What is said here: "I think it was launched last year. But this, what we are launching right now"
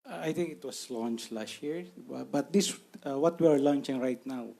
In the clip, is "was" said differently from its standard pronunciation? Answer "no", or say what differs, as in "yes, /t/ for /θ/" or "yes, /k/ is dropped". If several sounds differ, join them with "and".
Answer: yes, /s/ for /z/